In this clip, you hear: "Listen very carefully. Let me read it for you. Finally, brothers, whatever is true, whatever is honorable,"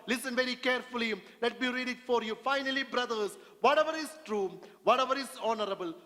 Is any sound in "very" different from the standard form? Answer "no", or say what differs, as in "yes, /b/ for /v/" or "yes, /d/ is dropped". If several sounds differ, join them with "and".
no